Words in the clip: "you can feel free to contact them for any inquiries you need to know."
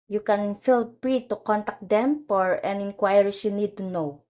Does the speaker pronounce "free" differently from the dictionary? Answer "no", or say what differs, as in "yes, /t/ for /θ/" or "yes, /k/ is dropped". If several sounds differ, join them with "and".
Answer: yes, /p/ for /f/